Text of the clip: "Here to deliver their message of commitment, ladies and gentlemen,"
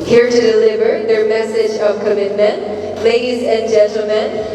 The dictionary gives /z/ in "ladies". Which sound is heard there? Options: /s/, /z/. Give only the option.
/z/